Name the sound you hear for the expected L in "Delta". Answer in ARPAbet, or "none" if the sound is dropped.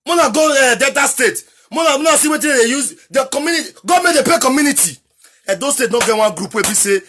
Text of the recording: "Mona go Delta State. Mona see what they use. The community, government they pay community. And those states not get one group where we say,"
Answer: none